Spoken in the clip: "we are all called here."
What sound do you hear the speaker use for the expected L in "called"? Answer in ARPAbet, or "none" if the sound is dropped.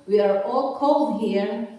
L